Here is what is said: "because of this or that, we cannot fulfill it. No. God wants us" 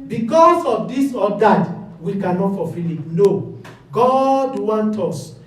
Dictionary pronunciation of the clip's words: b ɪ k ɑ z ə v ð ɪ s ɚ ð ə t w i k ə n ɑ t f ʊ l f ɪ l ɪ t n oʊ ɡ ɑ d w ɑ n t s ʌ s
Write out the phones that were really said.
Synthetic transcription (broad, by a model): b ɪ k ɑ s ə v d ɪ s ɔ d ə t w i k ə n ɑ t f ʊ f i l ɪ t n oʊ ɡ ɑ d w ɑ n t ɔ s